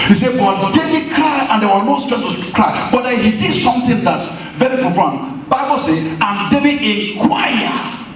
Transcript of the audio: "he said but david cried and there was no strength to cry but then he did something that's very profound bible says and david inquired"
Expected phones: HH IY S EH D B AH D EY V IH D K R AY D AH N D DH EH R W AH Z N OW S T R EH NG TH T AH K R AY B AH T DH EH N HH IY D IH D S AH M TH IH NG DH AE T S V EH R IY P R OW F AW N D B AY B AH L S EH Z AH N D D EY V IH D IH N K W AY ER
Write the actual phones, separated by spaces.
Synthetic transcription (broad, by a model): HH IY S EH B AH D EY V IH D K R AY AH N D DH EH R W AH N OW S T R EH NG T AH K R AY B AH T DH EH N HH IY D IH D S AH M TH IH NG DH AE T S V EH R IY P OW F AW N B AY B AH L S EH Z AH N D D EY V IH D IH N K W AY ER